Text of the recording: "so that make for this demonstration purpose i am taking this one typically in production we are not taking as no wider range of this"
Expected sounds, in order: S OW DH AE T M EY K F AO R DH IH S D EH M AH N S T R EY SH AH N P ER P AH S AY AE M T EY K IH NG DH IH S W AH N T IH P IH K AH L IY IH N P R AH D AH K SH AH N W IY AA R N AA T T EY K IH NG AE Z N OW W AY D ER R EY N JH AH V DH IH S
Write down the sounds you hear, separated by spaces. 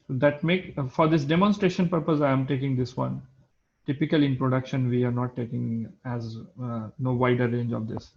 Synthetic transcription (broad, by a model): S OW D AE T M EY K F AO R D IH S D EH M AH N S T R EY SH AH N P ER P AH S AY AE M T EY K IH NG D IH S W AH N T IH P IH K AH L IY IH N P R AH D AH K SH AH N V IY AA R N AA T T EY K IH NG AE Z N OW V AY D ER R EY N JH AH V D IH S